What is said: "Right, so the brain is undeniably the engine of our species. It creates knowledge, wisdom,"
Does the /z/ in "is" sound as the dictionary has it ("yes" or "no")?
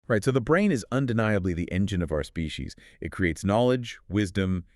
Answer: yes